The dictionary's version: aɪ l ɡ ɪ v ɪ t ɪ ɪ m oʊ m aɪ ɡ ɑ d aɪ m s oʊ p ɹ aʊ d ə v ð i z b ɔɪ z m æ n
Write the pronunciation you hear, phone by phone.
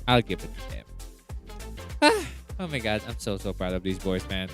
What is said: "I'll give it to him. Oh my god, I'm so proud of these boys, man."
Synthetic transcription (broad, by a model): aɪ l ɡ ɪ v ɪ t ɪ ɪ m oʊ m aɪ ɡ ɑ d aɪ m s oʊ p ɹ aʊ d ə v ð i z b ɔɪ z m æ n